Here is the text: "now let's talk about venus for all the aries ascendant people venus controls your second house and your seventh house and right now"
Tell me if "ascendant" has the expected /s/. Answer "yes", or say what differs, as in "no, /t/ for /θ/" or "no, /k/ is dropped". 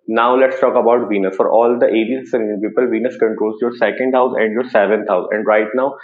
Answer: no, /s/ is dropped